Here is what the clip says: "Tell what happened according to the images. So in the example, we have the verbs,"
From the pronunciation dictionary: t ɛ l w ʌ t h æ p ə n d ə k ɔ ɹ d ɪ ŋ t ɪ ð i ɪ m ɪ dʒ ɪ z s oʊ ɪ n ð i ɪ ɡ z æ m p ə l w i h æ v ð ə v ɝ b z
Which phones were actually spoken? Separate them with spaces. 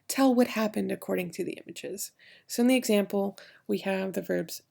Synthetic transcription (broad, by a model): t ɛ l w ʌ t h æ p ə n d ə k ɔ ɹ d ɪ ŋ t ɪ ð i ɪ m ɪ dʒ ɪ z s oʊ ɪ n ð i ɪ ɡ z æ m p l w i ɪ v ð ə v ɝ b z